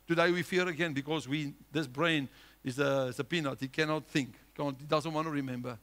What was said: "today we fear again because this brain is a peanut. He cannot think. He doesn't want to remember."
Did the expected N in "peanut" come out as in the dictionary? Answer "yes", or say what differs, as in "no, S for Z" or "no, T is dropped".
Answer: yes